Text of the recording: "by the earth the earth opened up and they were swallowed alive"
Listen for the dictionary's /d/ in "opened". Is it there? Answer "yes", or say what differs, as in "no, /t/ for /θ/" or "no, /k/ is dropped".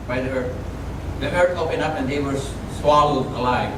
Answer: no, /d/ is dropped